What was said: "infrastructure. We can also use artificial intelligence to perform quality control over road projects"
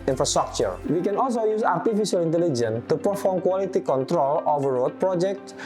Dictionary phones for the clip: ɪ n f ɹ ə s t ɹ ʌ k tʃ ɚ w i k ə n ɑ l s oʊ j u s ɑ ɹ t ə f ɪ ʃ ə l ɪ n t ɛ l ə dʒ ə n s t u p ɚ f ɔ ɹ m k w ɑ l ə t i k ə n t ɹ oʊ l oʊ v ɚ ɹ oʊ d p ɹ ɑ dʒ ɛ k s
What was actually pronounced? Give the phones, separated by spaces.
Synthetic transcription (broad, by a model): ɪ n f ɹ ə s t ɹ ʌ k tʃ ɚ w i k ə n ɑ l s oʊ j u s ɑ ɹ t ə f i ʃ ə l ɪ n t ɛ l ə dʒ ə n t u p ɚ f ɔ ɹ m k w ɑ l ə t i k ə n t ɹ oʊ l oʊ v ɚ ɹ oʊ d p ɹ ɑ dʒ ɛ k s